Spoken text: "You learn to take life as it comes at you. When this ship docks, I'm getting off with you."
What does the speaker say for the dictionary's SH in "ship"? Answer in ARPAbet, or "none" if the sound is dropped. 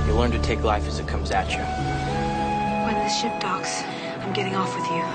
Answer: SH